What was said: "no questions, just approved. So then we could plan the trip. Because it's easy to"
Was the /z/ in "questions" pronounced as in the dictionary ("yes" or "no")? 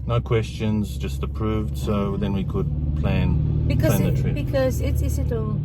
yes